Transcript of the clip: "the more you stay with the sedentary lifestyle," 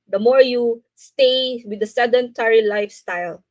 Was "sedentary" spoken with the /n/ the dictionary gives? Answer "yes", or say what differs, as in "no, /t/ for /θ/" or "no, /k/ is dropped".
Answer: yes